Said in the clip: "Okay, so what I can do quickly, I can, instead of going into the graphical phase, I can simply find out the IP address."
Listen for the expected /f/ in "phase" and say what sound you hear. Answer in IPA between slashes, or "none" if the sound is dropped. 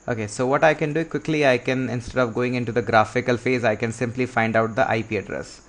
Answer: /f/